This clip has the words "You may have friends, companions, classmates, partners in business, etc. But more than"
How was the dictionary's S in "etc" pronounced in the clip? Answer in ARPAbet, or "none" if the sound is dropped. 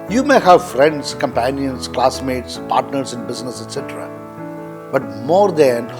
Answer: S